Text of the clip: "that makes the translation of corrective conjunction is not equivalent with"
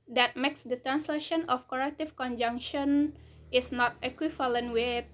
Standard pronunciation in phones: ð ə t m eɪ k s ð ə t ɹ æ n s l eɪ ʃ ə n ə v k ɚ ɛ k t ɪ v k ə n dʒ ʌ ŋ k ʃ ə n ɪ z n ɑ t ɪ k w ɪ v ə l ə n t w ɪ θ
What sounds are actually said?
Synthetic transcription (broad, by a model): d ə t m eɪ k s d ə t ɹ æ n s l eɪ ʃ ə n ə f k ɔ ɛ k t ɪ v k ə n dʒ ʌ ŋ k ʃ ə n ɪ s n ɑ t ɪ k w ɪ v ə l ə n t w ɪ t